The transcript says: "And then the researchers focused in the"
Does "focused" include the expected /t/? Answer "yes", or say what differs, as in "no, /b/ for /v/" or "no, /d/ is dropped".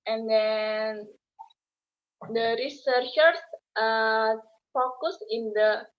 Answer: no, /t/ is dropped